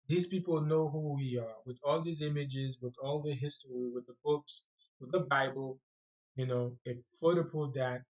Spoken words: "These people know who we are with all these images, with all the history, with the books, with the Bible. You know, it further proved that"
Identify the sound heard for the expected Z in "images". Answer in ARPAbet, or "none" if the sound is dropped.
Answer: Z